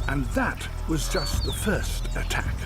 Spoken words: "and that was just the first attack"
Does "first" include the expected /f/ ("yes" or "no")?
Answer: yes